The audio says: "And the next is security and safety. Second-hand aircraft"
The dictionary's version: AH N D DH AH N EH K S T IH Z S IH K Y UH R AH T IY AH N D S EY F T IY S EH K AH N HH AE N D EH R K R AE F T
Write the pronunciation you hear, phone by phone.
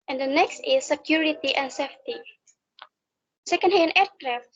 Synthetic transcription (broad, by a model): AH N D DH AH N EH K S T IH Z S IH K Y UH R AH T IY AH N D S EY F T IY S EH K AH N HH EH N EH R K R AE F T